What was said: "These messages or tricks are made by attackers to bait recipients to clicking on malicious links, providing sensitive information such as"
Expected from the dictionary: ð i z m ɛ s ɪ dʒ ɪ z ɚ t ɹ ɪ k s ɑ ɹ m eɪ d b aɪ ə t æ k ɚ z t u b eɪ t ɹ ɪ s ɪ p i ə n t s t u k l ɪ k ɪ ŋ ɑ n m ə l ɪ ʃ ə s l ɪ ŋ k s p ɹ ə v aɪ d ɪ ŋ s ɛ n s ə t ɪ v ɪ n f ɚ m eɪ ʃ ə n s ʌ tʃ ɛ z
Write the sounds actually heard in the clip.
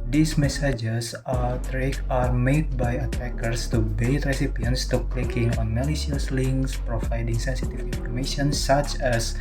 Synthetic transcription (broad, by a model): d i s m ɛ s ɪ dʒ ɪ s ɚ t ɹ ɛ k ɑ ɹ m eɪ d b aɪ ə t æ k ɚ s t u b eɪ t ɹ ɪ s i p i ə n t s t u k l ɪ k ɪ ŋ ɑ n m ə l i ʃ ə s l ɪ ŋ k s p ɹ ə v aɪ d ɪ ŋ s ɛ n s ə t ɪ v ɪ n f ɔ m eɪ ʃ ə n s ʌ tʃ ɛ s